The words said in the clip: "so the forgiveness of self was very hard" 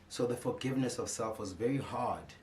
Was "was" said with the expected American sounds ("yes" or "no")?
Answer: yes